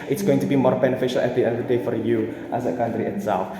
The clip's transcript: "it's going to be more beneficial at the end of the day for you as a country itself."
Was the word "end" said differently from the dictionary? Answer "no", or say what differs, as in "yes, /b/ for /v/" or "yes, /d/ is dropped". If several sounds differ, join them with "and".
yes, /n/ is dropped